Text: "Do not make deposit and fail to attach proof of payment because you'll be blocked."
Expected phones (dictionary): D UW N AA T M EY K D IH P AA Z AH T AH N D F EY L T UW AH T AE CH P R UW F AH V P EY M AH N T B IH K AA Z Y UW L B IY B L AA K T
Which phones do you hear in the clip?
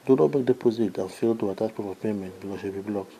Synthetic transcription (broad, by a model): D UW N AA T M EY K D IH P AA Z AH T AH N F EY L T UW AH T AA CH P IY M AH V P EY M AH N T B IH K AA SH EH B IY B L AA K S